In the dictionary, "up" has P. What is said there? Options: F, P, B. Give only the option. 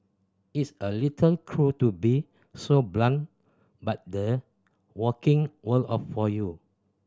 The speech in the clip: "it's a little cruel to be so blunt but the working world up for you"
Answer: F